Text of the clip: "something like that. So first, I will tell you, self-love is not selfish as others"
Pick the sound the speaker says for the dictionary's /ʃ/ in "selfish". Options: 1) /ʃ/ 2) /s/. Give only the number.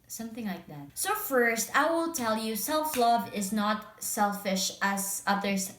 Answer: 1